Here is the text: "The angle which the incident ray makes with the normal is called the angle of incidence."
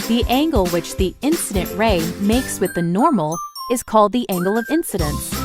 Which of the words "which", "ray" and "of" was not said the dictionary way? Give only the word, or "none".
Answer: none